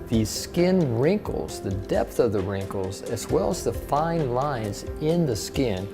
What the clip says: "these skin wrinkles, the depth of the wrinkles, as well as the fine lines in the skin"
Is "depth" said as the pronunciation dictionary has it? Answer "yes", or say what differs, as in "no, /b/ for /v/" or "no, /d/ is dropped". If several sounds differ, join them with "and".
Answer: yes